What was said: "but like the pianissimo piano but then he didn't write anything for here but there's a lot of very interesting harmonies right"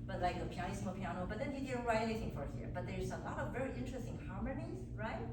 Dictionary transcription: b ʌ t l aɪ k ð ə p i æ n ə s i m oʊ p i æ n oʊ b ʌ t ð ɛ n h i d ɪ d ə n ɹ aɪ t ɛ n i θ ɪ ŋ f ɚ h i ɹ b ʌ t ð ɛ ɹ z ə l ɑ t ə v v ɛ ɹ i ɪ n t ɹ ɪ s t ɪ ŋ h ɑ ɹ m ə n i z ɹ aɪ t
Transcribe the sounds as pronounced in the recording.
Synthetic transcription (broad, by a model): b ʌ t l aɪ k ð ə p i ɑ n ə s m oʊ p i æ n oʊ b ʌ t ð ɛ n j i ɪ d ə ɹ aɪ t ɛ i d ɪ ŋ f ɚ h i ɹ b ʌ t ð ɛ ɹ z ə l ɑ t ə v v ɛ ɹ i ɪ n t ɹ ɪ s t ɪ ŋ h ɑ ɹ m ə n i z ɹ aɪ t